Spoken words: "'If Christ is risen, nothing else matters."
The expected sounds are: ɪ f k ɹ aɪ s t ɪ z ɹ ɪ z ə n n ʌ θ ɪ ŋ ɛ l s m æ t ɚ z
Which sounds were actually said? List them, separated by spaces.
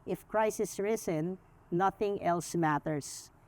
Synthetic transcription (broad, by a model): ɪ f k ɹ aɪ s ɪ s ɹ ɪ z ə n n ʌ θ ɪ ŋ ɛ l s m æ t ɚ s